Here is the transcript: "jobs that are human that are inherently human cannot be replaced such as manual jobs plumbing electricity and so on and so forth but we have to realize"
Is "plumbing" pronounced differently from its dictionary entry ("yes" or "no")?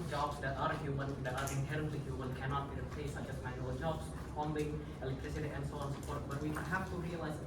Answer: yes